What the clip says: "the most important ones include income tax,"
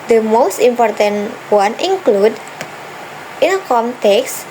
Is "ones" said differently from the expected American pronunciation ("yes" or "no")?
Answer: yes